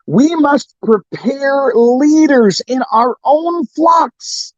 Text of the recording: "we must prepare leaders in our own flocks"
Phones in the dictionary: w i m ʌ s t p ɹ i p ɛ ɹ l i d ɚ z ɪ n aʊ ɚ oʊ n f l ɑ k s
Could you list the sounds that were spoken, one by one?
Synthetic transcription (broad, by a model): w i m ʌ s t p ɹ i p ɛ ɹ l i d ɚ z ɪ n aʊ ɚ oʊ n f l ɑ k s